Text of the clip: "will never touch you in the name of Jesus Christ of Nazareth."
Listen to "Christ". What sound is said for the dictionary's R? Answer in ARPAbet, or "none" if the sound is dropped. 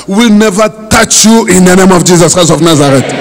none